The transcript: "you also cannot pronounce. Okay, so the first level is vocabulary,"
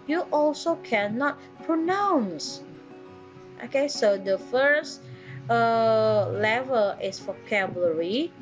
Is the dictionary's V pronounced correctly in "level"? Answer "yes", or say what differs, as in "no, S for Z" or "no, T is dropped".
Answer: yes